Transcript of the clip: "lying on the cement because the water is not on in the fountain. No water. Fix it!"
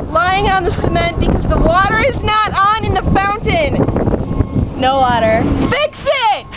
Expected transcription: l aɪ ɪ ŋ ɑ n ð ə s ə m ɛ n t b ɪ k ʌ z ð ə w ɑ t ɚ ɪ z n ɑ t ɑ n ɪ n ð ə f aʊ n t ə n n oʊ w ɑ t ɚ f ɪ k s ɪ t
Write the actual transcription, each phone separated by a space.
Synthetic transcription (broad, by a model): l aɪ ɪ ŋ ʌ n ð ə s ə m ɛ n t b ɪ k ʌ z ð ə w ɑ t ɚ ɪ z n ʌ t n ɪ n ð ə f aʊ n t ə n n oʊ w ɑ t ɚ f ɪ k s ɪ t